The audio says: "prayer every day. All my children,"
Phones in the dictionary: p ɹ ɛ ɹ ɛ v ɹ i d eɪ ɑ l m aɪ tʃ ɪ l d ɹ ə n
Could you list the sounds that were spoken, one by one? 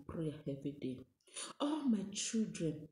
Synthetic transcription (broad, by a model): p ɹ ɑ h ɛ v i d eɪ ɑ l m aɪ tʃ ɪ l d ɹ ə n